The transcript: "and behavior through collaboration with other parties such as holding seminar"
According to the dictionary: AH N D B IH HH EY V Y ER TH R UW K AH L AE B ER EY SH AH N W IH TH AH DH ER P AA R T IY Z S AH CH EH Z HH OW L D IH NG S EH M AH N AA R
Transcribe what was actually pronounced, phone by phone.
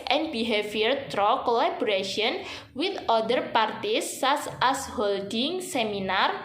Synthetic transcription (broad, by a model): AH N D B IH HH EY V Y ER T R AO K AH L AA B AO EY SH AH N W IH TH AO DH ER P AA R T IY S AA S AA S HH OW L D IH NG S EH M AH N AA R